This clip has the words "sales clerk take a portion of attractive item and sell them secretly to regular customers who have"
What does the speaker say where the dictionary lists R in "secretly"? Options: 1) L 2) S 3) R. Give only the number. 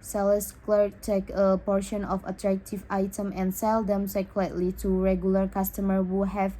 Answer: 1